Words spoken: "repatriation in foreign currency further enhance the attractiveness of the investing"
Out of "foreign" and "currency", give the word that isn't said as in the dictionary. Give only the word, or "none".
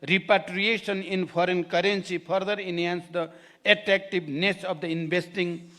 foreign